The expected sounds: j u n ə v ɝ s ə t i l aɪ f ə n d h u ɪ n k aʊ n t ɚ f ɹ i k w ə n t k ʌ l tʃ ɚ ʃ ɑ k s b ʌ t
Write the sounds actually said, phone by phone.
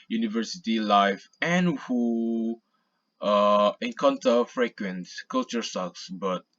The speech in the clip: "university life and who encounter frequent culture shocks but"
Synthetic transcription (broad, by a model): j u n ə v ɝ s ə t i l aɪ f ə n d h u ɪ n k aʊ n t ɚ f ɹ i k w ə n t k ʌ l tʃ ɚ s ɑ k s b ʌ t